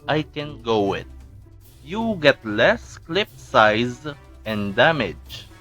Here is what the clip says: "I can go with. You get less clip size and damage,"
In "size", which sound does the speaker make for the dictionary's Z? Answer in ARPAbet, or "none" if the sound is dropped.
Z